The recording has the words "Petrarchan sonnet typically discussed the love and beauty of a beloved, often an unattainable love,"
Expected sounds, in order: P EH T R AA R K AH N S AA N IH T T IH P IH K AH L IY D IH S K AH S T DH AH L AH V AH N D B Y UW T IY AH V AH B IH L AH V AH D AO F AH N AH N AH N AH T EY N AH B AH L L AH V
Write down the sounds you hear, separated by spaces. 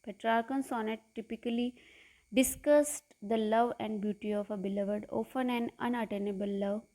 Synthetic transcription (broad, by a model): P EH T R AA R K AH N S AA N IH T T IH P IH K AH L IY D IH S K AH S T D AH L AH V AH N D B Y UW T IY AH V AH B IH L AH V AH D AO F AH N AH N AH N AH T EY N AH B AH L L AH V